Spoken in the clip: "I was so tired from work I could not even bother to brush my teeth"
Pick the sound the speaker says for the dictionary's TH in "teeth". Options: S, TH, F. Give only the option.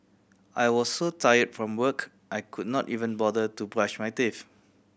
F